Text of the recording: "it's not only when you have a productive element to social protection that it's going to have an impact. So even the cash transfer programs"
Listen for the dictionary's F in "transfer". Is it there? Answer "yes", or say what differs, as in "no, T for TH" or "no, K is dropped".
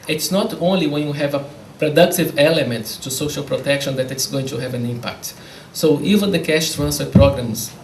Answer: no, F is dropped